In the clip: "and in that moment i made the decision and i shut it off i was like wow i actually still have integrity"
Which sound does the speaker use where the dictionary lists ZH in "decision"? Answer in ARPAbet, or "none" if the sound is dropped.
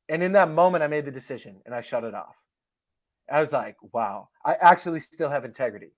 ZH